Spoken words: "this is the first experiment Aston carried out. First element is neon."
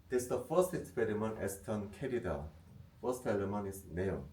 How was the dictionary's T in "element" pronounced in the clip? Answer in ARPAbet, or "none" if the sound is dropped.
none